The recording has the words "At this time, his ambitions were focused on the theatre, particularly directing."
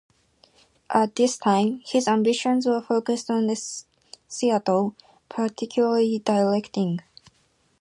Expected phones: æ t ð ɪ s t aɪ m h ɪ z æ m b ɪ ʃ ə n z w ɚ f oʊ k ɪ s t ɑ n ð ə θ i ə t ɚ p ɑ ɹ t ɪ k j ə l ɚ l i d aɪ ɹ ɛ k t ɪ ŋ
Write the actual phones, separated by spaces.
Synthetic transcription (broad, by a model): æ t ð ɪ s t aɪ m h ɪ z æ m b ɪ ʃ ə n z w ɚ f oʊ k ɪ s t ɑ n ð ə s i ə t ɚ p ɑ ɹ t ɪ k j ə l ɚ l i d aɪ l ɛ k t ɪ ŋ